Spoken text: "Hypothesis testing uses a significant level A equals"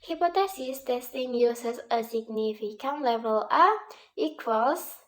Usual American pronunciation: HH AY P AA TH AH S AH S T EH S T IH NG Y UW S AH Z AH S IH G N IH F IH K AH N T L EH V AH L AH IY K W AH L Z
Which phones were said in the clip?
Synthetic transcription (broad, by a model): HH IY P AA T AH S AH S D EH S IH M Y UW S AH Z AH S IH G N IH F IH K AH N L EH V AH L AH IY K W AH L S